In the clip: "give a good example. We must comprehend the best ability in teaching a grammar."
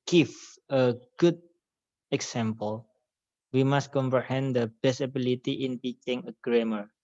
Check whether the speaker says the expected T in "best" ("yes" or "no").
no